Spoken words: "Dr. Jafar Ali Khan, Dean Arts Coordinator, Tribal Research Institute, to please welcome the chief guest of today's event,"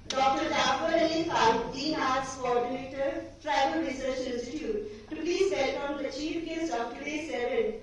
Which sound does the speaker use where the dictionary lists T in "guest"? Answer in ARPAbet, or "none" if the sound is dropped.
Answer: none